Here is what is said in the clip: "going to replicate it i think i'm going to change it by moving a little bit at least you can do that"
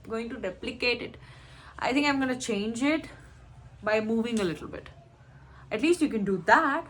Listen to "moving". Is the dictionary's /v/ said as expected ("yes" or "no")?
yes